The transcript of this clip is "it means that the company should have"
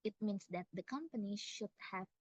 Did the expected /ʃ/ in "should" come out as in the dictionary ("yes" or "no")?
yes